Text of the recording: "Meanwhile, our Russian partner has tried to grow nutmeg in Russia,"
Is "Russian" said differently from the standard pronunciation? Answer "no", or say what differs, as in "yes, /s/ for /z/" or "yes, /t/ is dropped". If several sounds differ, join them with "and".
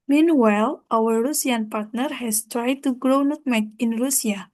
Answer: yes, /s/ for /ʃ/